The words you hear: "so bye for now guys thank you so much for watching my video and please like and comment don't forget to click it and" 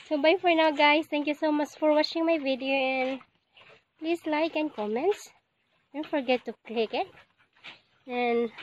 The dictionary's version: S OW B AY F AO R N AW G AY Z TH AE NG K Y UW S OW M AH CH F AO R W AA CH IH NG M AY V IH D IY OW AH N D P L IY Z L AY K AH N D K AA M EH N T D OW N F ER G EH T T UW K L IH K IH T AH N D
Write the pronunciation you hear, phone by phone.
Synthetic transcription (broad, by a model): S OW B AY F AO R N AW G AY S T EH NG K Y UW S OW M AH CH F AO R W AA CH IH NG M AY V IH D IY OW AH N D P L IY S L AY K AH N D K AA M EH N T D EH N F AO G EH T T UW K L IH K IH T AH N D